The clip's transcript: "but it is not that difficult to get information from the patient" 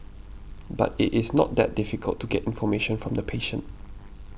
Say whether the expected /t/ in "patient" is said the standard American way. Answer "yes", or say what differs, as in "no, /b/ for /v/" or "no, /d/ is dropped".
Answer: yes